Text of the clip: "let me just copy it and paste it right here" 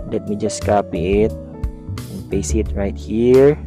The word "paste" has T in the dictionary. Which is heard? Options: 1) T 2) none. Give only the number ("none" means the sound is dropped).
2